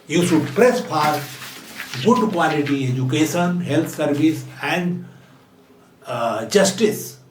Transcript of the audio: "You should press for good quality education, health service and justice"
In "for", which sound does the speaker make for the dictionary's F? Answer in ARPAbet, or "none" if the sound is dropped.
P